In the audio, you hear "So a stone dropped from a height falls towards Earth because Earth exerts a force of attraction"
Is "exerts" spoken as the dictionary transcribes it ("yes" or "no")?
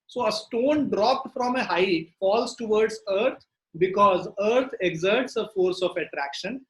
yes